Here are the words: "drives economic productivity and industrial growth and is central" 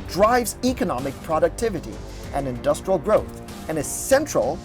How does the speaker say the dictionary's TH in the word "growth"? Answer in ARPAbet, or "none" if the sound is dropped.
TH